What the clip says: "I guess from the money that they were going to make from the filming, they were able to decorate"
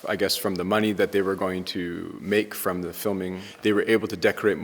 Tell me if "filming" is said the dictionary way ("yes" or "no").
yes